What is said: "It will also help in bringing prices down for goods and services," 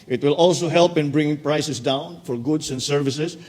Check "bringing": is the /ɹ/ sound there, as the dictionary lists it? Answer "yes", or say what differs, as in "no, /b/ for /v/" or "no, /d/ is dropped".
yes